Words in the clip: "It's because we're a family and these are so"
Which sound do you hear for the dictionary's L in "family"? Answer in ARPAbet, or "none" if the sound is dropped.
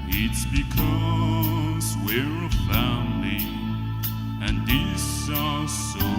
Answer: N